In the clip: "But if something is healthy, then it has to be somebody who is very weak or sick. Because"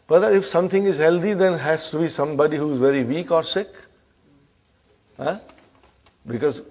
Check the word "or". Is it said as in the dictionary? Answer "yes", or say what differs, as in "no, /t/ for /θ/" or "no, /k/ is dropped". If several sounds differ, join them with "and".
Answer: yes